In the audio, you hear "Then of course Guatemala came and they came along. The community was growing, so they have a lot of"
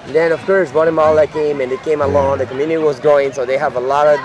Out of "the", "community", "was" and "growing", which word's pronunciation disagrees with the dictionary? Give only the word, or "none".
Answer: growing